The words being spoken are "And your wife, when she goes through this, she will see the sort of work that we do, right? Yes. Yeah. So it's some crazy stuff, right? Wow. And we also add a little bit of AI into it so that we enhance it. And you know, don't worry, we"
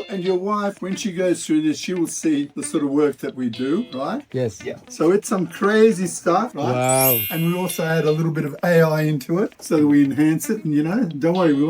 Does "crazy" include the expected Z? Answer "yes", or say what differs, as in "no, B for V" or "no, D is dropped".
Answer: yes